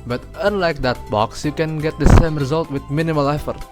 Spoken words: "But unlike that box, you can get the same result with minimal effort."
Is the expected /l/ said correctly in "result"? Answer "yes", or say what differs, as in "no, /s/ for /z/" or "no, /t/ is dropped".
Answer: yes